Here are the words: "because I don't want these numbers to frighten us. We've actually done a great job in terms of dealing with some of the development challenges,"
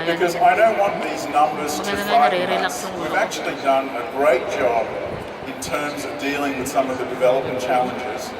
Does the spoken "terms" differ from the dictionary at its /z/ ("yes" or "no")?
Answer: no